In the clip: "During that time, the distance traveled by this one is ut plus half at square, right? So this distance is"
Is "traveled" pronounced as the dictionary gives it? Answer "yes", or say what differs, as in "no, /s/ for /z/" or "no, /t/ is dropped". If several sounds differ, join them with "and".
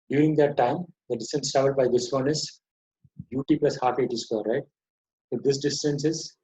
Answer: no, /ɹ/ is dropped